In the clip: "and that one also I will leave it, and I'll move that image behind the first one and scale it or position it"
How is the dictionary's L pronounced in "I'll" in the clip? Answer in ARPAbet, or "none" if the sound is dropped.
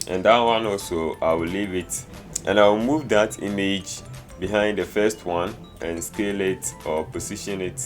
W